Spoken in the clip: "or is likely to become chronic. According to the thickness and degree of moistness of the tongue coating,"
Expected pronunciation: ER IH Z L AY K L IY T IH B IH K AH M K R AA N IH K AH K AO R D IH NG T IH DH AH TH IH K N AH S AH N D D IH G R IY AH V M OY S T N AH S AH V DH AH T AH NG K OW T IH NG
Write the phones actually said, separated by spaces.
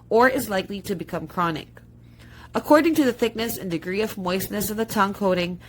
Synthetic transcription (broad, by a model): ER IH Z L AY K L IY T IH B IH K AH M K R AA N IH K AH K AO R D IH NG T IH DH AH TH IH K N AH S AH N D D IH G R IY AH V M OY S N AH S AH V DH AH T AH NG K OW T IH NG